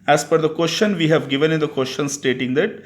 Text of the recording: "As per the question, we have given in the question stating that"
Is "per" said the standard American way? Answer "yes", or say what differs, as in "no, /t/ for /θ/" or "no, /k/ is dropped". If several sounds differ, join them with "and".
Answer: no, /f/ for /p/